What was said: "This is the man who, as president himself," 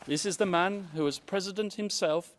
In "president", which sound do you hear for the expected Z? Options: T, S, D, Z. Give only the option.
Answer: Z